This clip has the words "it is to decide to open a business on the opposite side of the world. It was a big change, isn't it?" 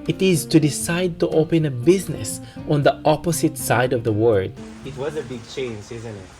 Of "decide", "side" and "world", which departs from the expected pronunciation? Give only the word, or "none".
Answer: world